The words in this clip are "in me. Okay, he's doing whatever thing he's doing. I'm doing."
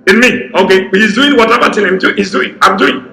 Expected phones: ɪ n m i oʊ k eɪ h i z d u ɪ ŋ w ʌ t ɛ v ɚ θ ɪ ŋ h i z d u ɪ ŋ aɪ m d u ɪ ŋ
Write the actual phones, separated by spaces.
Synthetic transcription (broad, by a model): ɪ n m i oʊ k eɪ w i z d u ɪ ŋ w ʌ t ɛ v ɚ t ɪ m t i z d u ɪ ŋ aɪ m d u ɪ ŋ